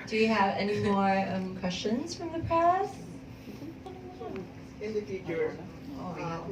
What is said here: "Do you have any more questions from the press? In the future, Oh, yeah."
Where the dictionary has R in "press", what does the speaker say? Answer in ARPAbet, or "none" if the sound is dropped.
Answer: none